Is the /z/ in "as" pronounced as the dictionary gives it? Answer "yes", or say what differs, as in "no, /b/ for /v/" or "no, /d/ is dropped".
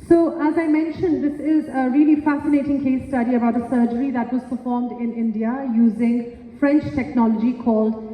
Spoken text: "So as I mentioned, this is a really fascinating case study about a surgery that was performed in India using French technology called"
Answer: yes